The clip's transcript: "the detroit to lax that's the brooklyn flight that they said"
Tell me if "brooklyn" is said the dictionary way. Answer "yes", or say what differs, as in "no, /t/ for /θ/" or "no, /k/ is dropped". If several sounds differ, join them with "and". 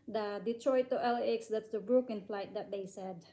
no, /l/ is dropped